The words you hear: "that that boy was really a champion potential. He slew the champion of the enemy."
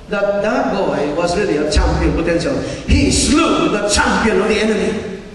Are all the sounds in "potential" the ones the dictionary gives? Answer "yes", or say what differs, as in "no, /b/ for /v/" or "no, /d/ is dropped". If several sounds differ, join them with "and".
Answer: no, /s/ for /ʃ/